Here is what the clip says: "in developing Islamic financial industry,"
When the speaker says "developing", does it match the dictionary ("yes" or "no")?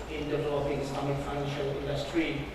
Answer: no